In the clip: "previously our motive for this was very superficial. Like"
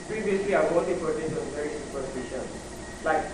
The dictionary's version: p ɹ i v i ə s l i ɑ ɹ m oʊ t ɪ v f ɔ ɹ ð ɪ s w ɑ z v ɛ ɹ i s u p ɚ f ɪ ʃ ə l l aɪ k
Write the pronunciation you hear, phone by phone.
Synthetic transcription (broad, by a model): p ɹ i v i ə s l i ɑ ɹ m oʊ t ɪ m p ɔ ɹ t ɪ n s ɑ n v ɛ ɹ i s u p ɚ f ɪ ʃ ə n l aɪ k